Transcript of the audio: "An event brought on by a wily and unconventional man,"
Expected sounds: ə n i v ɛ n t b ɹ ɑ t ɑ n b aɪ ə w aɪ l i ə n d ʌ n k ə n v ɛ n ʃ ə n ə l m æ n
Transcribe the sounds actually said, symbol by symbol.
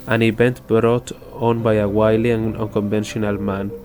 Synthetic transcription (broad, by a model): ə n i b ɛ n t b ɹ ɑ t ɑ n b aɪ ə w aɪ l i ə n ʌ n k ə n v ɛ n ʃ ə n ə l m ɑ n